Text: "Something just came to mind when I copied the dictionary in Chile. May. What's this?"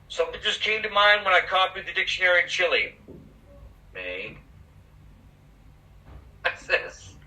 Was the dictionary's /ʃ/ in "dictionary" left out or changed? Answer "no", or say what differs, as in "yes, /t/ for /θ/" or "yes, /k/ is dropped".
no